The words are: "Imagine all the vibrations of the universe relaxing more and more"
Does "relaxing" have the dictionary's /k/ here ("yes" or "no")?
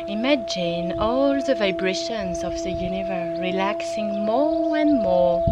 yes